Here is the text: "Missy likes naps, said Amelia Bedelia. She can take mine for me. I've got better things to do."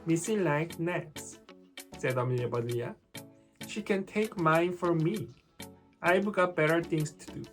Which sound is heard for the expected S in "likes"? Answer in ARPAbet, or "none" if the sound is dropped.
none